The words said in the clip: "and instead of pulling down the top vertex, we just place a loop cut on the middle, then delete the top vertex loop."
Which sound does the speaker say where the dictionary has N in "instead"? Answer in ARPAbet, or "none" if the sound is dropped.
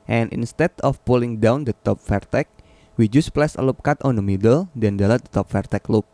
N